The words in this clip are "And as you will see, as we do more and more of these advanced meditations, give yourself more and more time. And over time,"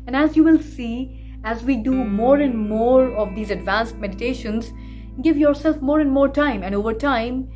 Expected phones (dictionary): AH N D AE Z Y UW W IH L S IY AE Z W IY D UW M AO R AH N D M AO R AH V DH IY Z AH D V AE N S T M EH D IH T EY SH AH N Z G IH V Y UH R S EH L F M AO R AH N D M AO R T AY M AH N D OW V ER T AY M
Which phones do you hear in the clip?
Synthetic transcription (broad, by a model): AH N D AE Z Y UW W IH L S IY AE Z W IY D UW M AO R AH N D M AO R AH V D IY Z AH D V AE N S T M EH D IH T EY SH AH N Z G IH V Y UH R S EH L F M AO R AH N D M AO R T AY M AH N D OW V ER T AY M